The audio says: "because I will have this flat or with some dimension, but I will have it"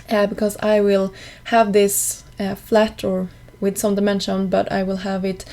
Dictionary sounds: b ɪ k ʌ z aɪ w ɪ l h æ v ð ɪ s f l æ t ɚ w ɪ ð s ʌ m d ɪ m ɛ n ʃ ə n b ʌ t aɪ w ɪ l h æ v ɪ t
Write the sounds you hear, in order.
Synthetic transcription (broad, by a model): b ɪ k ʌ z aɪ w ɪ l h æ v ð ɪ s f l æ t ɚ w ɪ ð s ʌ m d ɪ m ɛ n ʃ ə n b ʌ t aɪ w ɪ l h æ v ɪ t